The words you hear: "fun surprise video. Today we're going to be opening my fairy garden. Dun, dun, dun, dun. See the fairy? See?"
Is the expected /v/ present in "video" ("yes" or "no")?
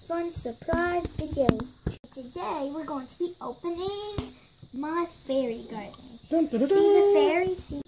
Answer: no